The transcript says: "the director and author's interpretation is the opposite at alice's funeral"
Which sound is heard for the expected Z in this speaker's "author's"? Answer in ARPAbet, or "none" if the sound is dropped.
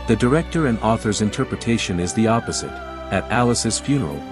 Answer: Z